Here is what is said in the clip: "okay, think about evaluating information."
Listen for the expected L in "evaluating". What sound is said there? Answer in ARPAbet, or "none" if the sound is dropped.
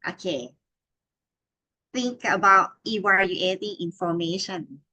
none